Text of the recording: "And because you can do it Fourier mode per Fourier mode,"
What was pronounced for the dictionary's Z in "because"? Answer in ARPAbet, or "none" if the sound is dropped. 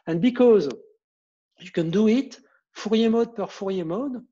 Z